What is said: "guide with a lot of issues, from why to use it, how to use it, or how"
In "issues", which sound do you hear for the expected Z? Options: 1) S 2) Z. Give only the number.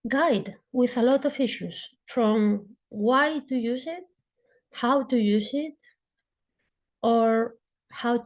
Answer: 1